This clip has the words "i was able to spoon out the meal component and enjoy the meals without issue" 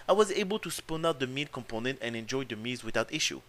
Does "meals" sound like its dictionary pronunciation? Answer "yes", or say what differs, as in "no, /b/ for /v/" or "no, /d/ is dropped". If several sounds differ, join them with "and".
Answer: no, /l/ is dropped